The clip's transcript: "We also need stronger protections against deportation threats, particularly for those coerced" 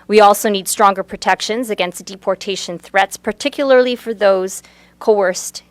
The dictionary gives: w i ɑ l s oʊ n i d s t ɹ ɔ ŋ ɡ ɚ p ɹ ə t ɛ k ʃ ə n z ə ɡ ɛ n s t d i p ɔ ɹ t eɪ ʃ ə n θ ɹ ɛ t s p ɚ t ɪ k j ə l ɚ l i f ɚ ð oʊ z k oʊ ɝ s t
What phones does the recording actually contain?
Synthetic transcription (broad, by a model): w i ɑ l s oʊ n i d s t ɹ ɔ ŋ ɡ ɚ p ɹ ə t ɛ k ʃ ə n z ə ɡ ɛ n s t d i p ɔ ɹ t eɪ ʃ ə n θ ɹ ɛ t s p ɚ t ɪ k j l ɚ l i f ɚ ð oʊ z k oʊ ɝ s t